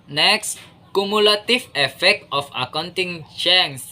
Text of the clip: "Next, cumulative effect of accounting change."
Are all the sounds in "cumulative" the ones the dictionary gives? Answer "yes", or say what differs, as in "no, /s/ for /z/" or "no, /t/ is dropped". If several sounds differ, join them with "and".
no, /f/ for /v/